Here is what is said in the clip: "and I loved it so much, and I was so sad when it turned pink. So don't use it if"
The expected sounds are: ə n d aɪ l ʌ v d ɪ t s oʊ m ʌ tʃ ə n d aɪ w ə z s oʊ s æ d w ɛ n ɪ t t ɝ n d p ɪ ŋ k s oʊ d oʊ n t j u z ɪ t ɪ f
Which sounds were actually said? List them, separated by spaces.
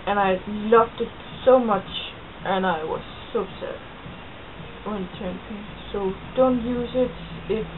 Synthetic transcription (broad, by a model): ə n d aɪ l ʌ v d ɪ t s oʊ m ʌ tʃ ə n aɪ w ə z s oʊ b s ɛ ɪ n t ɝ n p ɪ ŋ s oʊ d oʊ n t j u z ɪ t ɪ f